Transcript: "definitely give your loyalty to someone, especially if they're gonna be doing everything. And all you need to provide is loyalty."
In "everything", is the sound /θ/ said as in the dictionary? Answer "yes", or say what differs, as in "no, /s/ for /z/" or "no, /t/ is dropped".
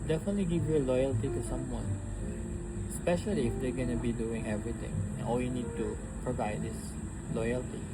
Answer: no, /t/ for /θ/